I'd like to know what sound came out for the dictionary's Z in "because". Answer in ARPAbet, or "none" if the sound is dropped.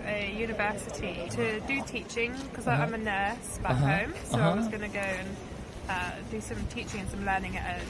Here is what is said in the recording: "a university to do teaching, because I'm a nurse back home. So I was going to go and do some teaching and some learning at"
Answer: none